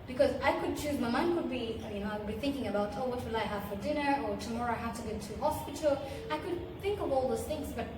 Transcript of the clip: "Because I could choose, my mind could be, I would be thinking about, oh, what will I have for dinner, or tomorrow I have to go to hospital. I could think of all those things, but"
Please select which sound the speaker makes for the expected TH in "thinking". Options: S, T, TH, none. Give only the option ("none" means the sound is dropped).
TH